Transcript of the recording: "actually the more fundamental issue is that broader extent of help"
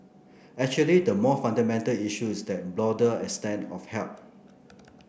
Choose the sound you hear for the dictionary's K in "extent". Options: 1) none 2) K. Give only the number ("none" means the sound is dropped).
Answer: 1